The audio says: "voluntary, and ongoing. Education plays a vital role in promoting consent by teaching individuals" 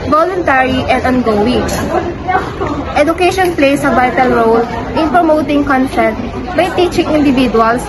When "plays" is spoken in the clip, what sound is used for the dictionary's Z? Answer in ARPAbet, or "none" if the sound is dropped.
S